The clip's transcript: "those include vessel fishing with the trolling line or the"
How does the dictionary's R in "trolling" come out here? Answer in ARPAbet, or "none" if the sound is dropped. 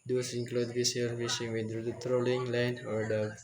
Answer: R